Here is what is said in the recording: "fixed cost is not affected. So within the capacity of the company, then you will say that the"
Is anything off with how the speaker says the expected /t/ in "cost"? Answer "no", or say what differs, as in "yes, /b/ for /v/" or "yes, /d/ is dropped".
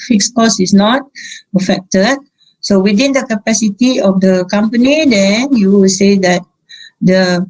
yes, /t/ is dropped